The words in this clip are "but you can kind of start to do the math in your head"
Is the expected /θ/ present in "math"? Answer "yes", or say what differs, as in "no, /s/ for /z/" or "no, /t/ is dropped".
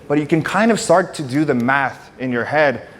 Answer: yes